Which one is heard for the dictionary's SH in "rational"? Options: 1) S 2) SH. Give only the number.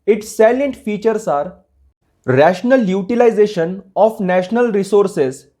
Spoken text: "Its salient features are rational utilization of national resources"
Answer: 2